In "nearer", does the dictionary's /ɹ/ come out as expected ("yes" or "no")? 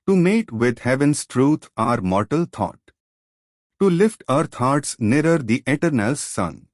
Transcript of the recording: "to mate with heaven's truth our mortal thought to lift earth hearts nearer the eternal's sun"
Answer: yes